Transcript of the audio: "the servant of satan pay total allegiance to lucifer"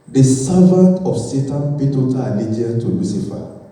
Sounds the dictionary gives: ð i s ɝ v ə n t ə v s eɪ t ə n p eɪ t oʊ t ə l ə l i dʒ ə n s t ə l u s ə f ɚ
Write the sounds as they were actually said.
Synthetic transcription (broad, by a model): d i s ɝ v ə n t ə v s eɪ t ə n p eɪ t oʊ t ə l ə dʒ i ə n t ə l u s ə f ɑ